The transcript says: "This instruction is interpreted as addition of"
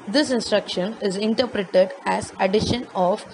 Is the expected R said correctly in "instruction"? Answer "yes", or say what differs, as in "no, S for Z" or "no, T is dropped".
yes